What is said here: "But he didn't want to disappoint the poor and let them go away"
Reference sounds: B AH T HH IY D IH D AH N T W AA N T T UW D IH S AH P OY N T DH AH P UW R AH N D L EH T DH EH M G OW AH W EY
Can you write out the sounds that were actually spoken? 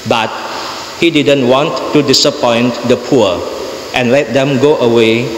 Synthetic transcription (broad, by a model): B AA T HH IY D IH D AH N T W AA N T T UW D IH S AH P OY N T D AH P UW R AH N L EH T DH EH M G OW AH W EY